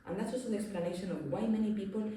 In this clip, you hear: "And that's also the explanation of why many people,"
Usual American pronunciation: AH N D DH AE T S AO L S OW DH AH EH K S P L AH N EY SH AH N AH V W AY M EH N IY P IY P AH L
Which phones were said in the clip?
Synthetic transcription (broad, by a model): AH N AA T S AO S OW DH EH K S P L AH N EY SH AH N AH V W AY M EH N IY P IY P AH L